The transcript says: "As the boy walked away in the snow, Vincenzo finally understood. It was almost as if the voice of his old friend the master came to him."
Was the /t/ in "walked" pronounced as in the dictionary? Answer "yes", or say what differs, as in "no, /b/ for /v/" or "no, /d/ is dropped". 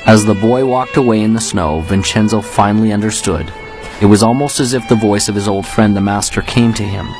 yes